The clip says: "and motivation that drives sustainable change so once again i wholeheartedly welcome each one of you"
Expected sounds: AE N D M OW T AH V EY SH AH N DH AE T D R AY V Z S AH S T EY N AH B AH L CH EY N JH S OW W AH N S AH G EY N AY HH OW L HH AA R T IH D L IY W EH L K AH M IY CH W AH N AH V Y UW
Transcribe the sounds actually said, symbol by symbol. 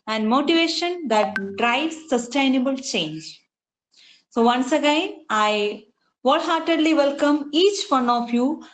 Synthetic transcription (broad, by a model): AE N D M OW T AH V EY SH AH N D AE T D R AY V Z S AH S T EY N AH B AH L CH EY N JH S OW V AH N S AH G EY N AY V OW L HH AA R T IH D L IY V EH L K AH M IY CH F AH N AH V Y UW